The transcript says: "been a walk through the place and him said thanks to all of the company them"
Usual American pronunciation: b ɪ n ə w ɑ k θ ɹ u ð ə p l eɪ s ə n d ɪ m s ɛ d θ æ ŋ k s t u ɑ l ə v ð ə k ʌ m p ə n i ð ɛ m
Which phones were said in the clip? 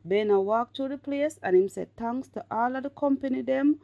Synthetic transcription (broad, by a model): b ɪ n ə w ɑ k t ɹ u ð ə p l eɪ s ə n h ɪ m s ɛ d t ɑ ŋ s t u ɑ l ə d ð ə k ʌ m p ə n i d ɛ m